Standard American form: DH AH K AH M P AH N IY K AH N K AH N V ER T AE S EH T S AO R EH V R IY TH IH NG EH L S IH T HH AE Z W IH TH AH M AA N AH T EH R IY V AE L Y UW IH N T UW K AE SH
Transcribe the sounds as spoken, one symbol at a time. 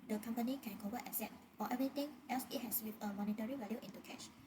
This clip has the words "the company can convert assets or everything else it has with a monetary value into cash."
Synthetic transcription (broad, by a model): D AH K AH M P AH N IY K AH N K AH V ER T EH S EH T AO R EH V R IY T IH NG EH L S IH T HH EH S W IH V AH M AA N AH T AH R IY V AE L Y UW IH N T UW K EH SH